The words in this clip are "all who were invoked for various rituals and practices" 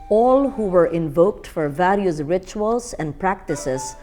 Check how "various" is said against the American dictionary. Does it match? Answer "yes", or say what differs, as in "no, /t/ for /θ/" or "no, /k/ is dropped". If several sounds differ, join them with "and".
no, /l/ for /ɹ/